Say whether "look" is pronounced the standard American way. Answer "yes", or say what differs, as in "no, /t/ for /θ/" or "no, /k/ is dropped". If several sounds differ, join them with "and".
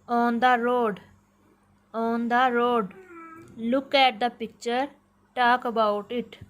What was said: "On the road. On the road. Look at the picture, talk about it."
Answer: yes